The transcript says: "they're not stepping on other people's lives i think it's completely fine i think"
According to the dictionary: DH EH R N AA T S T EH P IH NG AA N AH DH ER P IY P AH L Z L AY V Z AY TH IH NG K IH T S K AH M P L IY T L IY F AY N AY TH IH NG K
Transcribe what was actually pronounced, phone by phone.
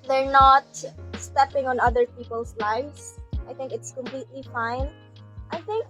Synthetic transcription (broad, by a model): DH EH R N AA T S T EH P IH NG AA N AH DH ER P IY P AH L S L AY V S AY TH IH NG K IH T S K AH M P L IY T L IY F AY N AY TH IH NG K